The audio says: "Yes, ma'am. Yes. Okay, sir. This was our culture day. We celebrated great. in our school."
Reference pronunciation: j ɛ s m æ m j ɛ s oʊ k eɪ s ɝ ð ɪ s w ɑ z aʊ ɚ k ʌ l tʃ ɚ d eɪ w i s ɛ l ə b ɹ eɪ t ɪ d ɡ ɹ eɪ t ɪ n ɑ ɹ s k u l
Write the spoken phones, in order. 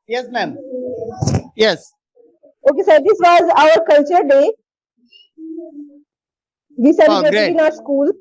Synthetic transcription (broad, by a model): j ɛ s m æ m j ɛ s oʊ k eɪ s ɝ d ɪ s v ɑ z aʊ ɚ k ʌ l tʃ ɚ d eɪ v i s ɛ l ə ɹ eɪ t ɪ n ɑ ɪ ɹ s k u l